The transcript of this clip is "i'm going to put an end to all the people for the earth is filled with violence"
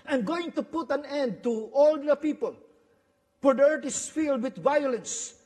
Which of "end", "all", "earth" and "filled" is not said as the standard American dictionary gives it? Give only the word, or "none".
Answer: earth